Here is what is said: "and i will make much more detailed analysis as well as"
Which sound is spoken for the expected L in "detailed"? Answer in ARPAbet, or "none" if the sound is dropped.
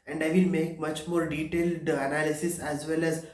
L